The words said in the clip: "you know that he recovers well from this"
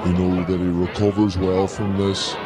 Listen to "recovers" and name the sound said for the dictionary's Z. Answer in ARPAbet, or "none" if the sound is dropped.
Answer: Z